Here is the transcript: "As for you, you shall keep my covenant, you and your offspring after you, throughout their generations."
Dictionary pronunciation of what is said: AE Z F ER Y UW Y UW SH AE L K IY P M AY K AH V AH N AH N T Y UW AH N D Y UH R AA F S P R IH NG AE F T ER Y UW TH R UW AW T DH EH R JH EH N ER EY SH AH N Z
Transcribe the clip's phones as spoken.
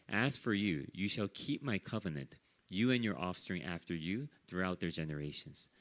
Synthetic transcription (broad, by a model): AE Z F ER Y UW Y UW SH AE L K IY P M AY K AH V AH N AH N T Y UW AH N Y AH R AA F S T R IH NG AE F T ER Y UW TH R UW AW T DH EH R JH EH N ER EY SH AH N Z